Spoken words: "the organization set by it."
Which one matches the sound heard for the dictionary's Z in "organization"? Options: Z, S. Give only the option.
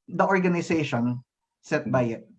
S